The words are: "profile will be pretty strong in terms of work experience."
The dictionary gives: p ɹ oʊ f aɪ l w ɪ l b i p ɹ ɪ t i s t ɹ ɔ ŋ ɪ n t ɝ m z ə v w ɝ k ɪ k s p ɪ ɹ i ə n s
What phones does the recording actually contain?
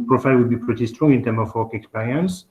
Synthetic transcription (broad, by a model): p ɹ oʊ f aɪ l w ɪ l b i p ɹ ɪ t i s t ɹ ɔ ŋ ɪ n t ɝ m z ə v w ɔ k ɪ k s p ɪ ɹ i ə n s